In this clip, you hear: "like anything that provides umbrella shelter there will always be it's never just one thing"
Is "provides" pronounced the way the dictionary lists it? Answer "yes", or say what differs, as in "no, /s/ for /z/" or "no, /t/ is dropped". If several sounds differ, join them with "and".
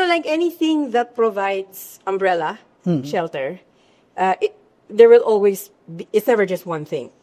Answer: no, /s/ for /z/